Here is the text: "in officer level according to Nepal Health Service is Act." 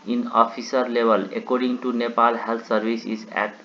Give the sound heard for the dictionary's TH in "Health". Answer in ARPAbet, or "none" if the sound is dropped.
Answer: T